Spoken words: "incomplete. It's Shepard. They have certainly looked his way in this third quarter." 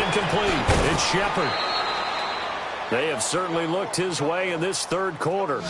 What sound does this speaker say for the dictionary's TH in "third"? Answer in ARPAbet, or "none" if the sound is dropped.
TH